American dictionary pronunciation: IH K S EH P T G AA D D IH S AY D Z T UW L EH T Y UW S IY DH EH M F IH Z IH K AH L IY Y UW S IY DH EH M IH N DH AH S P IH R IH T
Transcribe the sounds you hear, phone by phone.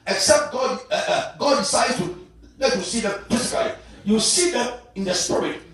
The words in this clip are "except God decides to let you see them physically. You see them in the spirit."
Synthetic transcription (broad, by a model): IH K S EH P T G AA D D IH S AY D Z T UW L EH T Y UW S IY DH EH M P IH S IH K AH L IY Y UW S IY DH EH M IH N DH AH S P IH R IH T